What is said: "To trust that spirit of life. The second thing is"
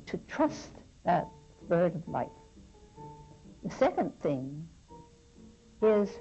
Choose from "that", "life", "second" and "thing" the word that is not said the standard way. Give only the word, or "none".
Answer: none